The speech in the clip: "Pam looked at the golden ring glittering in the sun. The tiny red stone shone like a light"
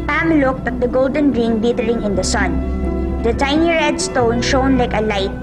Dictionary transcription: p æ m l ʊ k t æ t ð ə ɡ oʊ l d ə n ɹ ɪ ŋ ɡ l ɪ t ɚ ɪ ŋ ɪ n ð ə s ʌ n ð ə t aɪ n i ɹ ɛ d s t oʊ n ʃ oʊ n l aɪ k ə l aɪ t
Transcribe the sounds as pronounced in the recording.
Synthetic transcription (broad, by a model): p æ m l ʊ k t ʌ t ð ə ɡ oʊ l d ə n ɹ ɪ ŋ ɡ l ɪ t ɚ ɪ ŋ ɪ n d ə s ʌ n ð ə t aɪ n i ɹ ɛ d s t oʊ n ʃ oʊ n l aɪ k ə l aɪ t